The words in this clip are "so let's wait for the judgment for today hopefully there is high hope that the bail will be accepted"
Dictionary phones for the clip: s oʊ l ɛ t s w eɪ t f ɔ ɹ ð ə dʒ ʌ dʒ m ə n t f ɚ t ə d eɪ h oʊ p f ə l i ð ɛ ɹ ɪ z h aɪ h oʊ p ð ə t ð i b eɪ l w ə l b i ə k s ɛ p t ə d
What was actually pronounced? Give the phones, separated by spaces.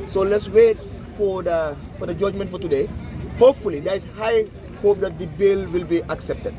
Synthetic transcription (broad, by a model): s oʊ l ɛ t s w eɪ t f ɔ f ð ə dʒ ʌ dʒ m ə n t f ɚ t ə d eɪ h oʊ p f ə l i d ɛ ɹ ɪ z h aɪ h oʊ p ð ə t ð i b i l w ə l b i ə k s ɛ p t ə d